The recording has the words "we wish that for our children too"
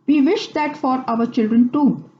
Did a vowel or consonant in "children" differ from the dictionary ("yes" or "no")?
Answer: no